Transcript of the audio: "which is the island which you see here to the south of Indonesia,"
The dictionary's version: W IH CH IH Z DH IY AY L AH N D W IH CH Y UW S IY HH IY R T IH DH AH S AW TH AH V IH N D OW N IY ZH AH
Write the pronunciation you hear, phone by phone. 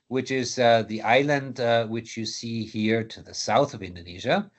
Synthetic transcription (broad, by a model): W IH CH IH Z DH IY AY L AH N D W IH CH Y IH S IY HH IY R T IH DH AH S AW TH AH V IH N D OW N IY ZH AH